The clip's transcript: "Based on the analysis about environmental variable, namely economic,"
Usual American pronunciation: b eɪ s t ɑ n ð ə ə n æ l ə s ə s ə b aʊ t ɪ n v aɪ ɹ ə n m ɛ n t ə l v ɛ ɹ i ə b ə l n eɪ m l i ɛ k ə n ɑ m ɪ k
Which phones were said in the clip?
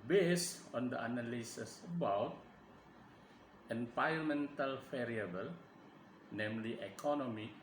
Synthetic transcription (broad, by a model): b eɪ s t ɑ n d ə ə n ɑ l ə s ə s ə b aʊ t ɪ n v aɪ ə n m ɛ n t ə l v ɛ ɹ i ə b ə l n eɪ m l i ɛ k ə n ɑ m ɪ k